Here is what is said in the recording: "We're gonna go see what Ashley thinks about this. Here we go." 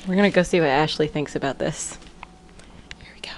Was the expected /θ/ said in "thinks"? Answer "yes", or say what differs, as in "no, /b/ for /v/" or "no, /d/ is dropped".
yes